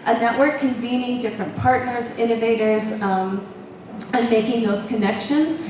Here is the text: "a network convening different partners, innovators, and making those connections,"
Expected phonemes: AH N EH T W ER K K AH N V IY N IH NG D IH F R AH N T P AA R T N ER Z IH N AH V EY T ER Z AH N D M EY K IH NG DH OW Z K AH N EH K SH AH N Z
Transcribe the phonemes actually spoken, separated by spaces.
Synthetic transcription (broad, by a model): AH N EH T W ER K K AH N V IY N IH NG D IH F R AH N P AA R T N ER Z IH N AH V EY T ER Z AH N M EY K IH NG DH OW Z K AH N EH K SH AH N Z